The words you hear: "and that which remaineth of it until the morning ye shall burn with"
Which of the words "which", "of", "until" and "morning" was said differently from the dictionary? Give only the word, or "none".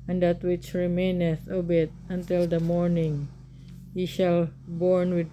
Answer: of